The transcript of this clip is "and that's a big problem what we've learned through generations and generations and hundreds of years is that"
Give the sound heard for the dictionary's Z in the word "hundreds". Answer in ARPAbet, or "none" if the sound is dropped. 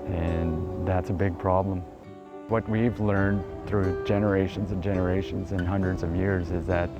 Z